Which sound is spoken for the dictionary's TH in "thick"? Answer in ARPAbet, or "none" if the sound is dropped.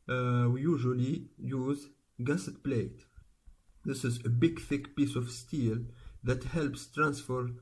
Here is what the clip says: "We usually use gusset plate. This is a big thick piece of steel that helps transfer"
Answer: TH